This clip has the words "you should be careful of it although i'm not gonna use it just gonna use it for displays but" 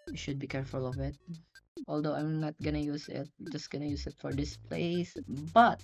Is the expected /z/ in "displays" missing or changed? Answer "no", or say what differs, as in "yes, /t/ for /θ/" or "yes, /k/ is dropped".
yes, /s/ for /z/